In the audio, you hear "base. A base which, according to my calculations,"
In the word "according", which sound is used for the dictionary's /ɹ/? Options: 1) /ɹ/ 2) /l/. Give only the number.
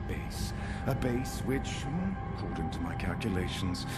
2